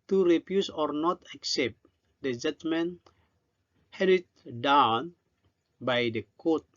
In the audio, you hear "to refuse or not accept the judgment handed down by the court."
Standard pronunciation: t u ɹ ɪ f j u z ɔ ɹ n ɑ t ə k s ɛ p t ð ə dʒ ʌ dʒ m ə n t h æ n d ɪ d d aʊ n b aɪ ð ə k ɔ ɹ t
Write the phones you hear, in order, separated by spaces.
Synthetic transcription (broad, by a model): t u ɹ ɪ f j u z ɔ ɹ n ɑ t ə k s ɛ p t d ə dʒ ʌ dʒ m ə n h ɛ d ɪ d d aʊ n b aɪ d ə k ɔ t